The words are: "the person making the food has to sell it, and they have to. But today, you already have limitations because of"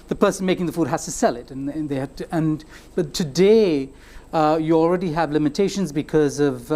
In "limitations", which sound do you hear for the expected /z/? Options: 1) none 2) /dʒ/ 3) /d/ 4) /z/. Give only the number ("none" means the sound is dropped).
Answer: 4